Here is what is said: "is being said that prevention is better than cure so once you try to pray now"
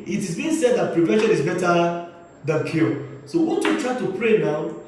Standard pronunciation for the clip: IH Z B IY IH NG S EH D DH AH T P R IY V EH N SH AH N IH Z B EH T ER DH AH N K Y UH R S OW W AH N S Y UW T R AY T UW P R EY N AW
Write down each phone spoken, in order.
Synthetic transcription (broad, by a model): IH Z B IY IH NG S EH D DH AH T P R IY V EH N SH AH N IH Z B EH T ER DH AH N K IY L S OW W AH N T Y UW T R AY T UW P R EY N AW